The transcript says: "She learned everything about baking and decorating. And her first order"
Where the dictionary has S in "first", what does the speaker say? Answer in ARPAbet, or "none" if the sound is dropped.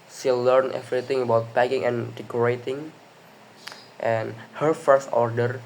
S